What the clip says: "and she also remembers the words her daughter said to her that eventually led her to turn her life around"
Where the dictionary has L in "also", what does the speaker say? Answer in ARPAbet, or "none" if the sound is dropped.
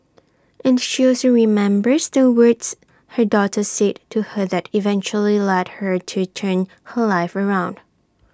none